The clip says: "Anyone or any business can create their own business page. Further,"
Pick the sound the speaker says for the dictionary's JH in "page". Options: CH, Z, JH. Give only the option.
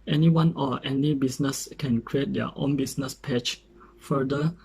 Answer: CH